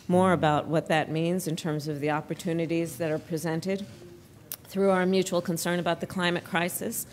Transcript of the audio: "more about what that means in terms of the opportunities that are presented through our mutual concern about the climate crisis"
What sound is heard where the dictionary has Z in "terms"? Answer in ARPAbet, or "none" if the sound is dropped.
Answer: Z